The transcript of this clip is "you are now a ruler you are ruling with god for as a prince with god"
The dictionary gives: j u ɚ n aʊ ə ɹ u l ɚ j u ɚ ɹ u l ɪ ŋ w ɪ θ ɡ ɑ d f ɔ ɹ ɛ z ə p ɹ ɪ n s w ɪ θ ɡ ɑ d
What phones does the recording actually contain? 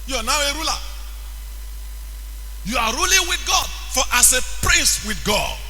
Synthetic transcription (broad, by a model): j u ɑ n aʊ ə ɹ u l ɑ j u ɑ ɹ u l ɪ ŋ w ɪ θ ɡ ɑ d f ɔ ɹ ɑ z ə p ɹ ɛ s w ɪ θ ɡ ɑ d